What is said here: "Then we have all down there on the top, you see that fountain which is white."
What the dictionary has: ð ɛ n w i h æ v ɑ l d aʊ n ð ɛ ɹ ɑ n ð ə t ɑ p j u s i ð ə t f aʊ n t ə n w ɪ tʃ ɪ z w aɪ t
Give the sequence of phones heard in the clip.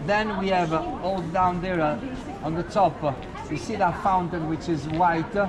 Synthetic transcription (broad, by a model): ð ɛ n w i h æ v ɑ l d aʊ n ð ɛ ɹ ɑ n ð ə t ɑ p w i s i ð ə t f aʊ n t ə n w ɪ tʃ ɪ z w aɪ t